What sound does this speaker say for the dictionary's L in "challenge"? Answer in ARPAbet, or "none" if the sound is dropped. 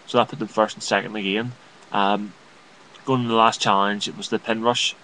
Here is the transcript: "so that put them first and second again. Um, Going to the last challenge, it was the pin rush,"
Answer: none